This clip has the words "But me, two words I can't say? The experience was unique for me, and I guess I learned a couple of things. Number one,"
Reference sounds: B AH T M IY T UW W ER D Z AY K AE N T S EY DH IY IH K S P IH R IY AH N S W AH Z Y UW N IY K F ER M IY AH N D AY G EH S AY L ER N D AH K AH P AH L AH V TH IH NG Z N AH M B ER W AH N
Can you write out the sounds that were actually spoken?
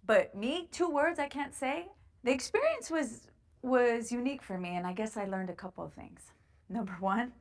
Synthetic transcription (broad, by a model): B AH T M IY T UW W ER D Z AY K AE N T S EY DH IY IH K S P IH R IY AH N S W AH Z Y UW N IY K F ER M IY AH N AY G EH S AY L ER N D AH K AH P L AH V TH IH NG Z N AH M B ER W AH N